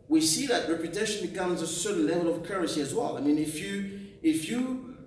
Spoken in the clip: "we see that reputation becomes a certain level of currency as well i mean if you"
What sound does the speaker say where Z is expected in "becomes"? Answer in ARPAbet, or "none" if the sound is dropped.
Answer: Z